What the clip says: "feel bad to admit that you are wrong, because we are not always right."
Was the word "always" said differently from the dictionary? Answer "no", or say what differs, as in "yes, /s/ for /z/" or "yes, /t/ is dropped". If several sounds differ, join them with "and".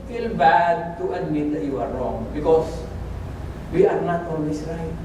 yes, /s/ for /z/